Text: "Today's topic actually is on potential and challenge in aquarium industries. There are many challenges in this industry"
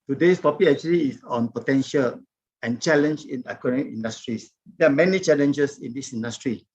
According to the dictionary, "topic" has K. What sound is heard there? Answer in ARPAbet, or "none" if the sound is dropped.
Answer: none